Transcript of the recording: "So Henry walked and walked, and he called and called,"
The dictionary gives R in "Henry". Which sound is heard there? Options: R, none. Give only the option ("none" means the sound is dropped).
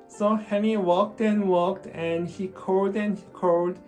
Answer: none